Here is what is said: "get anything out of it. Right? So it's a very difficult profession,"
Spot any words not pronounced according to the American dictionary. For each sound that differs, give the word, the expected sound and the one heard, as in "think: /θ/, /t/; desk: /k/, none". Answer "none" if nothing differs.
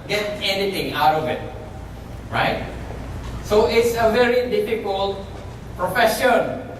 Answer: anything: /θ/, /t/